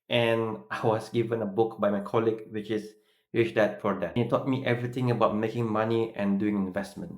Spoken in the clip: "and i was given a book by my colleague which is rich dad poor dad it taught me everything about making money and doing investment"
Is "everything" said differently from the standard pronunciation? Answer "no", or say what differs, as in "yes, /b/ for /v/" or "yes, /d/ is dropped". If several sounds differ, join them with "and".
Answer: yes, /t/ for /θ/